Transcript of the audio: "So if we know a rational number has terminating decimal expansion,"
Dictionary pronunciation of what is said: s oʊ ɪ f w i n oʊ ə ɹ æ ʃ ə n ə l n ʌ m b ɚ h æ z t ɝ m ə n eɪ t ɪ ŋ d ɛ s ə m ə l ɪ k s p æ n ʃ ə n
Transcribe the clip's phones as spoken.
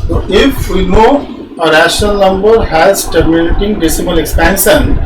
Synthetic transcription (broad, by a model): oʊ ɪ f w i n oʊ ə ɹ æ ʃ ə n ə l n ʌ m b ɚ h æ z t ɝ m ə l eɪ t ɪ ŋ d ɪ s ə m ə l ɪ k s p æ n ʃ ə n